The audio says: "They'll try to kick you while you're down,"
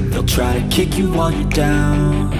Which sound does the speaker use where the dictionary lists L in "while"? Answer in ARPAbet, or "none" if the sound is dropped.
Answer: N